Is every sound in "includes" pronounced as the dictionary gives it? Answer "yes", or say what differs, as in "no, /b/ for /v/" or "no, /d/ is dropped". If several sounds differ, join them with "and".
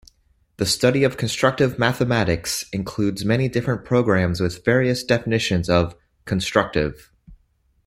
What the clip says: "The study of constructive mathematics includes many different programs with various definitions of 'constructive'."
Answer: yes